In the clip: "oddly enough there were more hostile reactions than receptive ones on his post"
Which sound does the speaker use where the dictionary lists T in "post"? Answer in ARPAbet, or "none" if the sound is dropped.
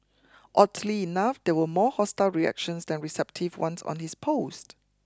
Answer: T